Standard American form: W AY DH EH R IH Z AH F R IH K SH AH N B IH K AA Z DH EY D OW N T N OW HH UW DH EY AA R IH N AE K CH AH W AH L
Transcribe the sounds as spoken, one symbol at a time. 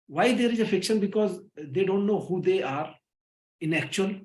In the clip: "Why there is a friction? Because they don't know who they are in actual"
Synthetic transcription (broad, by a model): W AY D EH R IH Z AH F IH K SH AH N B IH K AA Z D EY D OW N T N OW HH UW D EY AA R IH N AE K CH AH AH L